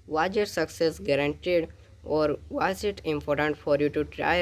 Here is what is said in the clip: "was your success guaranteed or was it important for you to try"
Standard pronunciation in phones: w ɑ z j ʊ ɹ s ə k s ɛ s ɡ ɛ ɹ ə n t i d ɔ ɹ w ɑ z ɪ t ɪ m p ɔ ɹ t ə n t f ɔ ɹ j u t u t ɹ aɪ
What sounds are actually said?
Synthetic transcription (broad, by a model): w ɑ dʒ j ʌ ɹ s ə k s ɛ s ɡ ɛ ɹ ə n t i d ɔ ɹ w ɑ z ɪ t ɪ m p ɔ ɹ t ə n t f ɔ ɹ j u t u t ɹ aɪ